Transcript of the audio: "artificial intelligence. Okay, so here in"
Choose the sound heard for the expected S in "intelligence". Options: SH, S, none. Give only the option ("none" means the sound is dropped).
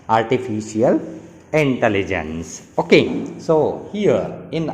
S